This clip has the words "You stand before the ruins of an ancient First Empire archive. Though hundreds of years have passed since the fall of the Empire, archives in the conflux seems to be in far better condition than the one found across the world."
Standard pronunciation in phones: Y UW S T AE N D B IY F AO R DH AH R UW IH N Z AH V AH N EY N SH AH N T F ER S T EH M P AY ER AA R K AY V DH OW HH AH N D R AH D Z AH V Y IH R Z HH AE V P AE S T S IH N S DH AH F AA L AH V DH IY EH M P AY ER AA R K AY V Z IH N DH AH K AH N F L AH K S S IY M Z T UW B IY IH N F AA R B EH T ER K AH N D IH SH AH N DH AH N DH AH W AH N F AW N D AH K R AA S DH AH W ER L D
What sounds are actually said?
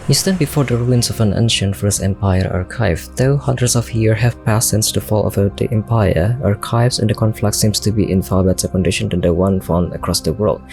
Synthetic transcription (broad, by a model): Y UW S T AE N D B IY F AO R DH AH R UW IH N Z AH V AH N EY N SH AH N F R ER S EH M P AY ER AA R K AY V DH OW HH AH N D R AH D S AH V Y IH R HH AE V P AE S S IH N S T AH F AA L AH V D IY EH M P AY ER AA R K AY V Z IH N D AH K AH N F L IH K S S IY M S T UW B IY IH N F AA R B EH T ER K AH N D IH SH AH N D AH N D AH W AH N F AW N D AH K R AA S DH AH W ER L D